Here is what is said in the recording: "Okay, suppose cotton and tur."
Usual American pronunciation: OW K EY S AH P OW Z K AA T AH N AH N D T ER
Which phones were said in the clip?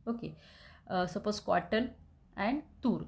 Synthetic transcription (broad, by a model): OW K EY S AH P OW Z K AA T AH L AH N D T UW